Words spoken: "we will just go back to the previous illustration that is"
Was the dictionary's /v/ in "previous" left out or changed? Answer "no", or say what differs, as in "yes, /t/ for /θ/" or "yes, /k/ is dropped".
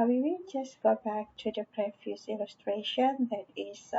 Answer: yes, /f/ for /v/